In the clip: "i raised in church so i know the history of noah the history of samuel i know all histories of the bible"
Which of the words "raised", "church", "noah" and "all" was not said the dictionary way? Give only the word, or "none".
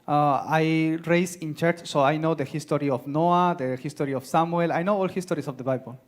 raised